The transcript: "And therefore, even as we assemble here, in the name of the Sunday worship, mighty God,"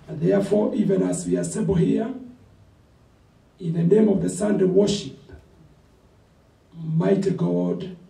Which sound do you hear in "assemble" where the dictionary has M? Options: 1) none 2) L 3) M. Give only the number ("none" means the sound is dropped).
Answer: 1